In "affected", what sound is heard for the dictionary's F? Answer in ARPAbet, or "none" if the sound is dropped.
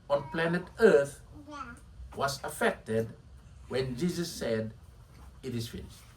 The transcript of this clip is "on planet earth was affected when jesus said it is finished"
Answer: F